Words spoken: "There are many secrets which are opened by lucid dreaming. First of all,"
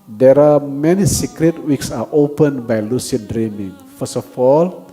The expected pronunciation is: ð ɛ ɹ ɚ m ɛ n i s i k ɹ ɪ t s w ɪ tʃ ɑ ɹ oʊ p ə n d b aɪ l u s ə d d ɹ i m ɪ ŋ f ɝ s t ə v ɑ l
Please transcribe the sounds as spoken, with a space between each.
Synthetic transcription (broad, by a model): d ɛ ɹ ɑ m ɛ n i s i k ɹ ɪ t w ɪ s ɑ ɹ oʊ p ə n b aɪ l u s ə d d ɹ i m ɪ ŋ f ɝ s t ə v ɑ l